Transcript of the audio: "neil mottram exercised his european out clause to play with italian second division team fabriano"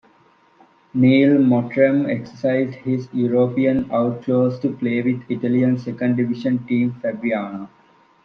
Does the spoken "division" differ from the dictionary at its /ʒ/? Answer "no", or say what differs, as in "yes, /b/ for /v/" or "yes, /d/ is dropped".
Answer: yes, /ʃ/ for /ʒ/